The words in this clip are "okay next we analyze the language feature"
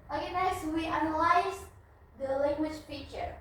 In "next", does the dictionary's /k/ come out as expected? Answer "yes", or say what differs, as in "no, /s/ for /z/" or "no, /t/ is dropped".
no, /k/ is dropped